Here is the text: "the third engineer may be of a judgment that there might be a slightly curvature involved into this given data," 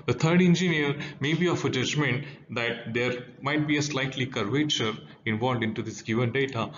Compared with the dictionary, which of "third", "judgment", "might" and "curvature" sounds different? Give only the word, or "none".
third